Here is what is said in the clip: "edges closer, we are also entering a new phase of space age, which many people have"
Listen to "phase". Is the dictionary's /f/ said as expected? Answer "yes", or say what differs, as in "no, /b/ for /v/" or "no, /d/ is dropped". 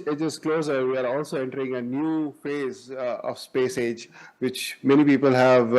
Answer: yes